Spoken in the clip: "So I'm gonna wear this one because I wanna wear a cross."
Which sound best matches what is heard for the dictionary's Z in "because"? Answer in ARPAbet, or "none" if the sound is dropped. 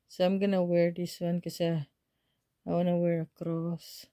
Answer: none